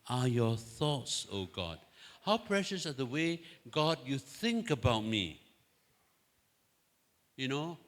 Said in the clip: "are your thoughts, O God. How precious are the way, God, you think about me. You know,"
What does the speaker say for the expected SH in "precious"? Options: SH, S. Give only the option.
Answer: SH